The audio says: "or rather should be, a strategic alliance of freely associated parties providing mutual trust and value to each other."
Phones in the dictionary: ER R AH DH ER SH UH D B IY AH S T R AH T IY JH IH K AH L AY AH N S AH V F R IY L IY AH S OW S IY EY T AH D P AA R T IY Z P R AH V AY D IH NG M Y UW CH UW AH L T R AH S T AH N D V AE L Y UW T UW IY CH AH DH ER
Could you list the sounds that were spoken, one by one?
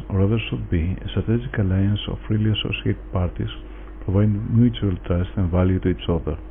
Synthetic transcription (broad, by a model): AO R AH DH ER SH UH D B IY AH S T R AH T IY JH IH K AH L AY AH N S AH F R IY L IY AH S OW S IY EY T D P AA R T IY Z P R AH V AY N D M Y UW CH UW AH L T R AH S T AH N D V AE L Y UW T UW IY S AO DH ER